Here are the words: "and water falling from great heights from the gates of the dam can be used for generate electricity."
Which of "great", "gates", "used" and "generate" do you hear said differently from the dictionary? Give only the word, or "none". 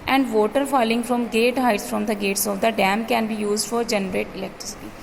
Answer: great